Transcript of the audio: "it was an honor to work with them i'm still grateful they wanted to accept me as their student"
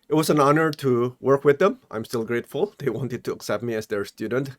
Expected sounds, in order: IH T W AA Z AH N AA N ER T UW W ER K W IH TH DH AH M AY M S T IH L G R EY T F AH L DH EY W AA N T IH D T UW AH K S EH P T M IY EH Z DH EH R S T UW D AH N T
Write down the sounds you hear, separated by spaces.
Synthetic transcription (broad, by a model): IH T W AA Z AH N AA N ER T UW W ER K W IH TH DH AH M AY M S T IH L G R EY T F AH L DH EY W AA N T IH D T UW AH K S EH P T M IY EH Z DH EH R S T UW D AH N T